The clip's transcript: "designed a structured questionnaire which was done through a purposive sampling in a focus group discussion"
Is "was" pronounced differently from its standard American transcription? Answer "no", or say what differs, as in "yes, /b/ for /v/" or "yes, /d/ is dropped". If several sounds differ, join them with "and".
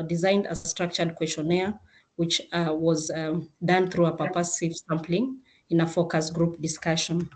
no